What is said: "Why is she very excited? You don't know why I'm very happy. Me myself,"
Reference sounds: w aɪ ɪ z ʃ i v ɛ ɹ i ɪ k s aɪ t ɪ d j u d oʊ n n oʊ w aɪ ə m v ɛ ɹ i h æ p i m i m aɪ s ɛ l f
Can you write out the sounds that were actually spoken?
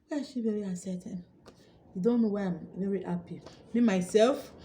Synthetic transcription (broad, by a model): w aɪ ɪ ʃ i v ɛ ɹ i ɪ s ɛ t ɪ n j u d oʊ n n oʊ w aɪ ə m v ɛ ɹ i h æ p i m i m aɪ s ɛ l f